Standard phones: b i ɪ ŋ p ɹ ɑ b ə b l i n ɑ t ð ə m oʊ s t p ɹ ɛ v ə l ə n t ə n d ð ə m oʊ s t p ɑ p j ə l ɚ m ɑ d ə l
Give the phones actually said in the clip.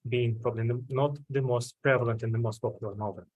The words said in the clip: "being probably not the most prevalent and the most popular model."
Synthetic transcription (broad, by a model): b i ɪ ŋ p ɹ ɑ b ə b l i n ɑ t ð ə m oʊ s t p ɹ ɛ v ə l ə n t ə n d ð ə m oʊ s t p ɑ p j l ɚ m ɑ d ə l